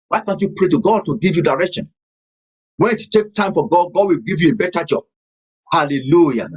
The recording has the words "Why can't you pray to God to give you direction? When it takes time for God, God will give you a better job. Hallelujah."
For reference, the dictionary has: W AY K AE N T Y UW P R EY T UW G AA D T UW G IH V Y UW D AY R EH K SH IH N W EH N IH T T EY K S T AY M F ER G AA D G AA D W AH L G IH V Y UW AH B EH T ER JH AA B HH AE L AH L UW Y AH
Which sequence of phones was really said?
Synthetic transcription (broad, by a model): W AY K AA N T Y UW P R EY T UW G AA D T UW G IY V Y UW D AY R EH K SH IH N W EH N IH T T EY K T AY M F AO G AA D G AA D W AH L G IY V Y UW AH B EH T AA JH AA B HH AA L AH L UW Y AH